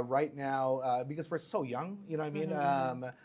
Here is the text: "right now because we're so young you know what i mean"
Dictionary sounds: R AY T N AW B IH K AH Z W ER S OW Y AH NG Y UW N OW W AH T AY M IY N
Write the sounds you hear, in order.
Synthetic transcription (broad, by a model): R AY T N AW B IH K AH Z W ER S OW Y AH NG Y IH N OW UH AY M IY N